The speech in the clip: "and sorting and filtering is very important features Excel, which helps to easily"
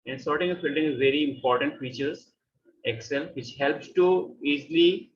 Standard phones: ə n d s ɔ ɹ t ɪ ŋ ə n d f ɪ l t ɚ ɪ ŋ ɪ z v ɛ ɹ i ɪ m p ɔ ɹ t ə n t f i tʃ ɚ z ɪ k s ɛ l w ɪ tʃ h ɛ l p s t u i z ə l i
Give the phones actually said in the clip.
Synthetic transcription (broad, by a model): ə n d s ɔ ɹ t ɪ ŋ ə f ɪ l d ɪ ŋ ɪ z v ɛ ɹ i ɪ m p ɔ ɹ t ə n t f i tʃ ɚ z ɪ k s ɛ l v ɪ tʃ h ɛ l p s t u i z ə l i